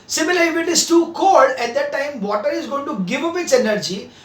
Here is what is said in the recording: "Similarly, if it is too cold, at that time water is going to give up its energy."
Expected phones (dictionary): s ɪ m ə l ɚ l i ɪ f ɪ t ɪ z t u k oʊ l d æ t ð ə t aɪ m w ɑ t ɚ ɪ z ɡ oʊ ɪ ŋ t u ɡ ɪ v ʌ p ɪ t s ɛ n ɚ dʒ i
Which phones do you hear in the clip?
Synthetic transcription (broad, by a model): s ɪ m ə l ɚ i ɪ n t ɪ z t u k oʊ d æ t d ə t aɪ m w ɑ t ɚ ɪ z ɡ oʊ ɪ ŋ t u ɡ ɪ v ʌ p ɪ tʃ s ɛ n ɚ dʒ i